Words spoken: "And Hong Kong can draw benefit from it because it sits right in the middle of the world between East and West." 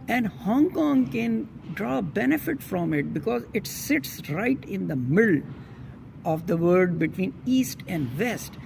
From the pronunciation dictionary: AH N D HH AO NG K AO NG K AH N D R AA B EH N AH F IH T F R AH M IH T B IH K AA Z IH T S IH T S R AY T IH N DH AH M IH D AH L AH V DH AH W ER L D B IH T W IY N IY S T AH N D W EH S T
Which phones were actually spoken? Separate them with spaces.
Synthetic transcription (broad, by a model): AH N D HH AO NG K AO NG K AH N D R AA B EH N AH F IH T F R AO M IH T B IH K AA Z IH T S IH T S R AY T IH N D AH M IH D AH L AH V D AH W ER D B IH T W IY N IY S T AH N D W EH S T